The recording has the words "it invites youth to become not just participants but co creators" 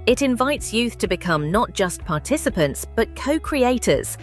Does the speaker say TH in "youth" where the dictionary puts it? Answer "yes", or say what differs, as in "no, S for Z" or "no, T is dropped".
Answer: yes